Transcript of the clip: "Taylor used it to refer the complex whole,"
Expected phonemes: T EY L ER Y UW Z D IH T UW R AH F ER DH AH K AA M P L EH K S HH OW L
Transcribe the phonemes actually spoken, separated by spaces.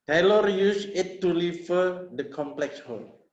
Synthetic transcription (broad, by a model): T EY L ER Y UW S IH T UW L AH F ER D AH K AA M P L EH K S HH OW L